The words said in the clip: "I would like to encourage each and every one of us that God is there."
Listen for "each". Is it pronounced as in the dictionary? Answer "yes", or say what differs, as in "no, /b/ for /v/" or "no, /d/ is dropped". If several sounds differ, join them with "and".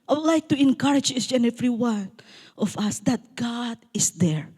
no, /s/ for /tʃ/